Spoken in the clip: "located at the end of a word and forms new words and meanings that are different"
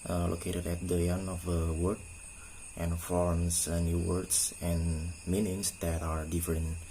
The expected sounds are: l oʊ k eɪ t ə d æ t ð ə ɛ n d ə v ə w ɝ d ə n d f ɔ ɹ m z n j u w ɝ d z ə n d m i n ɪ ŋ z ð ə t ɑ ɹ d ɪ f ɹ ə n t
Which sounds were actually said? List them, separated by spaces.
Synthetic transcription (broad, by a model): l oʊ k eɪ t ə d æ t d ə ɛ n ə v ə w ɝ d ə n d f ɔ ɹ m s n j u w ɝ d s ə n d m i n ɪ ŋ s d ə t ɑ ɹ d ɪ f ɹ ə n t